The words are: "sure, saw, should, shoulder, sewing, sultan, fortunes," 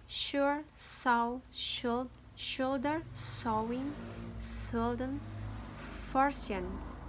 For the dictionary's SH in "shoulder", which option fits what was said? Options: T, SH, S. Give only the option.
SH